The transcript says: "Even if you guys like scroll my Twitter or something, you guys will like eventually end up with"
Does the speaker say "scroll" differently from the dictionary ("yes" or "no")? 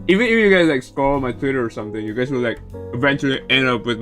yes